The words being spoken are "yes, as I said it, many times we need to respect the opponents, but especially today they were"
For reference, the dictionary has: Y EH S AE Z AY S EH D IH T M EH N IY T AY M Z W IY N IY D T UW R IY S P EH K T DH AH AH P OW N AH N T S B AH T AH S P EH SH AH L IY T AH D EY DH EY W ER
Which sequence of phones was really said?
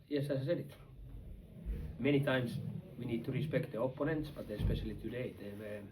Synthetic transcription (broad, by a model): Y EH S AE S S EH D IH T M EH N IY T AY M S W IY N IY D T UW R IY S P EH K T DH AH AH P OW N AH N T S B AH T AH S P EH SH AH L IY T AH D EY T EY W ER